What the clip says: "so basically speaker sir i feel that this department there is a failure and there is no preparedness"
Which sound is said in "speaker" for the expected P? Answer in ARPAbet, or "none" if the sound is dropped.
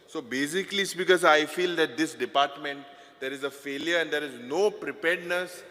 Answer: B